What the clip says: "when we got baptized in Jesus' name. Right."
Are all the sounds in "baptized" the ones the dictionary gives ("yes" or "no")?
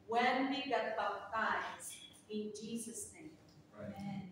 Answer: no